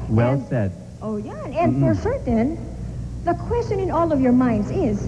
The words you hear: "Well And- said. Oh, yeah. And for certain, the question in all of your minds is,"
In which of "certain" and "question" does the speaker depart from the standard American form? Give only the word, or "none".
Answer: certain